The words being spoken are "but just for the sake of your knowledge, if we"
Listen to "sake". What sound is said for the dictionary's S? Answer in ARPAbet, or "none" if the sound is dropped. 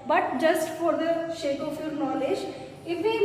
SH